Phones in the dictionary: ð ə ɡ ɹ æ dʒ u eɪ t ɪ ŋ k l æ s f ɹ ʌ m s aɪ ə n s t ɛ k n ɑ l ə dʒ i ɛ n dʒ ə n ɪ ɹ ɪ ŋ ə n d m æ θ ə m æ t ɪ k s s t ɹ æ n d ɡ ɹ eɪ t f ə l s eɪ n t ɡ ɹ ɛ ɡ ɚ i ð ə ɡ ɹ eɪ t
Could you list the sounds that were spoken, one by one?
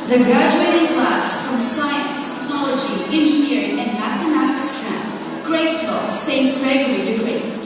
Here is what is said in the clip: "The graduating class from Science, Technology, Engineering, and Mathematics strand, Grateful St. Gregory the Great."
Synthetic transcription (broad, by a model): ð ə ɡ ɹ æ dʒ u eɪ t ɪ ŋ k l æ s f ɹ ʌ m s aɪ ə n s t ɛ k n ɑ l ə dʒ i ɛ n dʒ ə n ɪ ɹ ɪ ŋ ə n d m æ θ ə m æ t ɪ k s s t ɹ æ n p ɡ ɹ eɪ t ə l s eɪ n t ɡ ɹ ɛ ɡ ɚ i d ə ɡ ɹ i